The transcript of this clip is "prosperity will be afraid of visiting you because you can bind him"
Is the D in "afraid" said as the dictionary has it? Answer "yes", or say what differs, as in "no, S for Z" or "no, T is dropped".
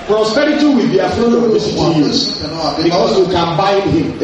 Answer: no, D is dropped